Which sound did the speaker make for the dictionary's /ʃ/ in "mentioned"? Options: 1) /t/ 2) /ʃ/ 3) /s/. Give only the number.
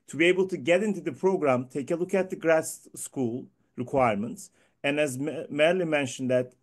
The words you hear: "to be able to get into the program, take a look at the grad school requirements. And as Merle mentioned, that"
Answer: 2